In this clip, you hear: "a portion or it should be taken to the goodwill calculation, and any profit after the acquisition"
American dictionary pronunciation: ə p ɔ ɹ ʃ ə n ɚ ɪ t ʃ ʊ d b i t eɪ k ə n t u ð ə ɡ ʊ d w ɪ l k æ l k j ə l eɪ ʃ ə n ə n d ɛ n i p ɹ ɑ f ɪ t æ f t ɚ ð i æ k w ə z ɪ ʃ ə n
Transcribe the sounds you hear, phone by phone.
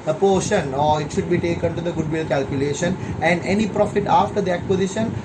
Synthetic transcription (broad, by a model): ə p ɔ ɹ ʃ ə n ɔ ɪ t ʃ ʊ d b i t eɪ k ə n t u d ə ɡ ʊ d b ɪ l k æ l k j ə l eɪ ʃ ə n ə n d ɛ n i p ɹ ɑ f ɪ t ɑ f t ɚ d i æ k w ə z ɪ ʃ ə n